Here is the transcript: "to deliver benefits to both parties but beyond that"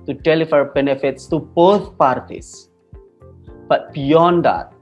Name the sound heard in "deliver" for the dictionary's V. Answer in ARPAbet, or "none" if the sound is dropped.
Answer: F